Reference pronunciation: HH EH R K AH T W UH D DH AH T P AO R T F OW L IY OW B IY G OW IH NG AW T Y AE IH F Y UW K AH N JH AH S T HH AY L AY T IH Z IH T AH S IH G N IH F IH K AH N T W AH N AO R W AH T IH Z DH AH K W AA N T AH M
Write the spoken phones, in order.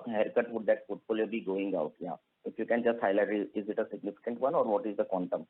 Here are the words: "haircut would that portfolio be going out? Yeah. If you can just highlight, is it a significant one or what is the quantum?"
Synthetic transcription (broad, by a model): HH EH R K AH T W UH D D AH T F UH T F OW L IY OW B IY G OW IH NG AW T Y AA IH F Y UW K AH N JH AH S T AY L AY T IH Z IH T AH S IH G N IH F IH K AH N T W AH N AO R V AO T IH Z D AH K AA N T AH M